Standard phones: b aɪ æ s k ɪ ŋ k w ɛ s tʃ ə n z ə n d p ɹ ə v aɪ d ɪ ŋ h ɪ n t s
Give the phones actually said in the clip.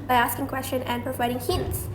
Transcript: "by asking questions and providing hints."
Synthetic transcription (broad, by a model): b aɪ æ s k ɪ ŋ k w ɛ s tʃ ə n ə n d p ɹ ə v aɪ d ɪ ŋ h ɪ n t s